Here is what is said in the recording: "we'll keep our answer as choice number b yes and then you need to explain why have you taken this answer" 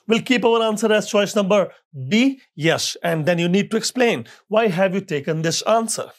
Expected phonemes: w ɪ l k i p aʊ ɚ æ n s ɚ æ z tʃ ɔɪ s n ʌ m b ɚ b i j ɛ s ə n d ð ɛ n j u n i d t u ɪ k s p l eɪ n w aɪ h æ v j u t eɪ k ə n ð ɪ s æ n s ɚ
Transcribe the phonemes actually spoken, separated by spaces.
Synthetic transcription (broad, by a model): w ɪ l k i p aʊ ɚ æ n s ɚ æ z tʃ ɔɪ s n ʌ m b ɚ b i j ɛ s ə n d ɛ n j u n i d t u ɪ k s p l eɪ n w aɪ h æ v j u t eɪ k ə n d ɪ s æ n s ɚ